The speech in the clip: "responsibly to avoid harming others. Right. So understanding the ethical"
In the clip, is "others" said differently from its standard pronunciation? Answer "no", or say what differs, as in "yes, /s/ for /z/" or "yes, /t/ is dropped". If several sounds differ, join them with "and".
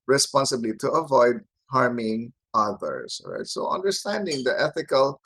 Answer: yes, /s/ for /z/